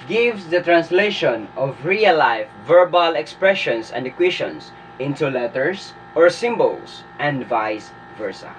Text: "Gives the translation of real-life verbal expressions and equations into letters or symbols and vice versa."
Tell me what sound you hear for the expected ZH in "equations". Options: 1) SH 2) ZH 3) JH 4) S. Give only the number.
1